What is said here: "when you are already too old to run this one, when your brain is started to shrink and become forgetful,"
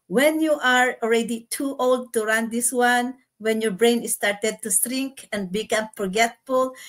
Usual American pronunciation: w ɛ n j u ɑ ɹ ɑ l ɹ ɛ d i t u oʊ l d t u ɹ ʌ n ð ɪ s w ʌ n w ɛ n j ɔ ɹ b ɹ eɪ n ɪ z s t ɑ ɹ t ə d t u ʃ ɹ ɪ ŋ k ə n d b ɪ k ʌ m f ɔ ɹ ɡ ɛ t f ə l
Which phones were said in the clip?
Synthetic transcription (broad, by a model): w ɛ n j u ɑ ɹ ɑ l ɹ ɛ d i t u oʊ l d t u ɹ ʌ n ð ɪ s w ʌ n w ɛ n j ɔ ɹ b ɹ eɪ n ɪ s t ɑ ɹ t ə d t u s ɹ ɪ ŋ k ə n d b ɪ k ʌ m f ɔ ɹ ɡ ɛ t f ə l